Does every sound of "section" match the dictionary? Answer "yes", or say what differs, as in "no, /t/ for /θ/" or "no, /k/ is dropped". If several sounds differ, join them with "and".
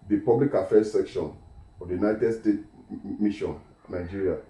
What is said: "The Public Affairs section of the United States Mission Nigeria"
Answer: yes